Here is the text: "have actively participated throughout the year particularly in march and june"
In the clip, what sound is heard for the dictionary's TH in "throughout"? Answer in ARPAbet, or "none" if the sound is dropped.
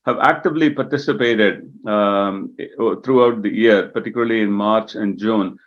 T